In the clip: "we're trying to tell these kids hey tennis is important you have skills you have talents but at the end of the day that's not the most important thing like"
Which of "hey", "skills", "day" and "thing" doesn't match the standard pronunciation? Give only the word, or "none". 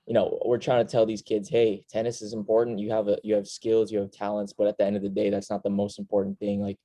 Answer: none